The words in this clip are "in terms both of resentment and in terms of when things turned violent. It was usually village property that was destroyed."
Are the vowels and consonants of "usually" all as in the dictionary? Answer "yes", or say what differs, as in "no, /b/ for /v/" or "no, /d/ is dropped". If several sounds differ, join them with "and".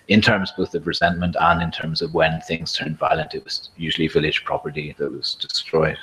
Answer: yes